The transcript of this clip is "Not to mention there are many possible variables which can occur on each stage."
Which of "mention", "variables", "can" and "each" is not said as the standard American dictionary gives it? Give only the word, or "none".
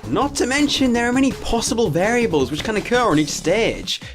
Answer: none